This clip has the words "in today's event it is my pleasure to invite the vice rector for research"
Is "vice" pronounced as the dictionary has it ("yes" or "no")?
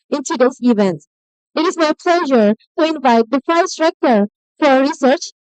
no